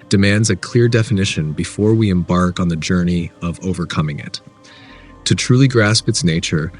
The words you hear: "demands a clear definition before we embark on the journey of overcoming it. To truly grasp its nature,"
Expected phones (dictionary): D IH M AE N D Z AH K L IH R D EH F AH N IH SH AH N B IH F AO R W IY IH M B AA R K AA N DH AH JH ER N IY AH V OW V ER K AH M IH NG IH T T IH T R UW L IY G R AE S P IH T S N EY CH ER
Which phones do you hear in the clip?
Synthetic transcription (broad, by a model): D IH M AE N D Z AH K L IH R D EH F AH N IH SH AH N B IH F AO R W IY IH M B AA R K N DH AH JH ER N IY AH V OW V ER K AH M IH NG IH T T IH T R UW L IY G R AE S P IH T S N EY CH ER